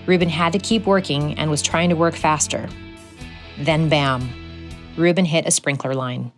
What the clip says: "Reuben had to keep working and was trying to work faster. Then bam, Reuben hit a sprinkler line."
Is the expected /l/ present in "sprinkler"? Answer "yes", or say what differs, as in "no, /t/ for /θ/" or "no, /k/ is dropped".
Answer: yes